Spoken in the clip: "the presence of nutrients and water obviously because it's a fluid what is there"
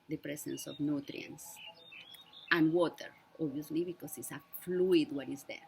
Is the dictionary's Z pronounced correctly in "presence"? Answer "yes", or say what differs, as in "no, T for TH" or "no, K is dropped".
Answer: no, S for Z